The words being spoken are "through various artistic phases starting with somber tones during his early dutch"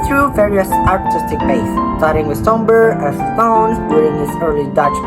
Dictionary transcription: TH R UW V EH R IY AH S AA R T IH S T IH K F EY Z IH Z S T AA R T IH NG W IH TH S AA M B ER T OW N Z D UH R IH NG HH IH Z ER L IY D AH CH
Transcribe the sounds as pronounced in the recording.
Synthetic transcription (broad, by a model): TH R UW V EH R IY AH S AA R T IH S T IH K P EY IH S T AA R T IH NG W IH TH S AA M B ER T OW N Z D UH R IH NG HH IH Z ER L IY D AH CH